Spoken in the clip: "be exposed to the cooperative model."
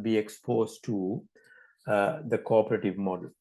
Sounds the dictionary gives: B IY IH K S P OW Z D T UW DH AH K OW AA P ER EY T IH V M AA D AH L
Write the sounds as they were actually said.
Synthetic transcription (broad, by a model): B IY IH K S P OW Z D T UW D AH K OW AA P ER EY T IH V M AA D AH L